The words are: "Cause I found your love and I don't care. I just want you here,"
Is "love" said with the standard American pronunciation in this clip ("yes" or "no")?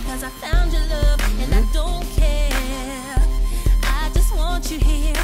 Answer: yes